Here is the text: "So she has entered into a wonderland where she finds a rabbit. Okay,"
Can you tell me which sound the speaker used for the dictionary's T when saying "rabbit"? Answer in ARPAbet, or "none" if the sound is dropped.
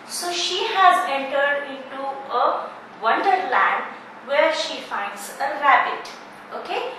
T